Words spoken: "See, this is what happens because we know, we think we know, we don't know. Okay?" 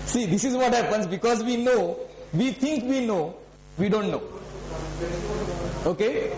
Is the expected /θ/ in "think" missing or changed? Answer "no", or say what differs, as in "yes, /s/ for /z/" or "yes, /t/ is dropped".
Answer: yes, /t/ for /θ/